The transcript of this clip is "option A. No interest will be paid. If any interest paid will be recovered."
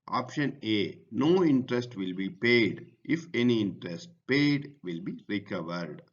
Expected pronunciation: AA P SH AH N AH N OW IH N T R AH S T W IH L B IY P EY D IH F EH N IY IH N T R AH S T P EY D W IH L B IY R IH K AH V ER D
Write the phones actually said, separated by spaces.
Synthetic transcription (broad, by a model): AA P SH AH N AH N OW IH N T R AH S T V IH L B IY P EY D IH F EH N IY IH N T R AH S T P EY D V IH L B IY R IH K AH V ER D